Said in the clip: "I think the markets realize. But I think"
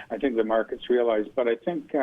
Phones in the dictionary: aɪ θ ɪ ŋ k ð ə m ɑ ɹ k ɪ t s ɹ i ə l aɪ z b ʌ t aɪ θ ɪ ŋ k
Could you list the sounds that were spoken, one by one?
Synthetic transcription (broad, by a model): aɪ θ ɪ ŋ k ð ə m ɑ ɹ k ɪ t s ɹ i ə l aɪ z b ʌ t aɪ θ ɪ ŋ k